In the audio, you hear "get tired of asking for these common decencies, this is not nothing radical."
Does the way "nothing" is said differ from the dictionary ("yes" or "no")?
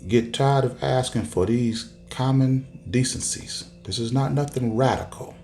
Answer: no